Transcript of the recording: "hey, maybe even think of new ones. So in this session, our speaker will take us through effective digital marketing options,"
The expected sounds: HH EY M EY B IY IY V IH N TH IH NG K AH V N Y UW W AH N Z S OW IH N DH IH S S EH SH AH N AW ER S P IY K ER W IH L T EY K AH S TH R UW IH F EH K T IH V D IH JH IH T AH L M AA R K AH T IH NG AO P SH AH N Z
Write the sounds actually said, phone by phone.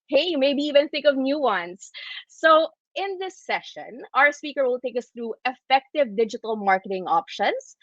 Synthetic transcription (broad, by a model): HH EY M EY B IY IY V IH N TH IH NG K AH V N Y UW W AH N S OW IH N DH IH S S EH SH AH N AW ER S P IY K ER W IH L T EY K AH S TH R UW IH F EH K T IH V D IH JH IH T AH L M AA R K AH T IH NG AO P SH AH N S